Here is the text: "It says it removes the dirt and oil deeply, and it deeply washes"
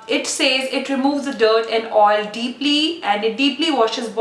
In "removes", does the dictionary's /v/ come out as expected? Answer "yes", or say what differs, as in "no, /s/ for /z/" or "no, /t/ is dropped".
yes